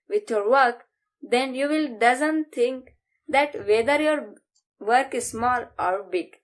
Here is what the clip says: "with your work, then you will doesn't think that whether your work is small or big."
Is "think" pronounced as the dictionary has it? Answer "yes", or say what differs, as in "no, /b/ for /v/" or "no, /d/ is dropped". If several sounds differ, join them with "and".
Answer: no, /t/ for /θ/